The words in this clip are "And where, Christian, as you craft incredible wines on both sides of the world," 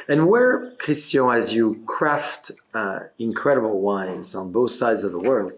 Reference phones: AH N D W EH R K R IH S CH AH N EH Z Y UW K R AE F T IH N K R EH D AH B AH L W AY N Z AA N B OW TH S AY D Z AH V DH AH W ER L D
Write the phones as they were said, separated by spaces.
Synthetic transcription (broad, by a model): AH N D W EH R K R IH S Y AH IH Z Y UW K R AE F T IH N K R EH D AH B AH L W AY N Z N B OW TH S AY D Z AH V DH AH W ER L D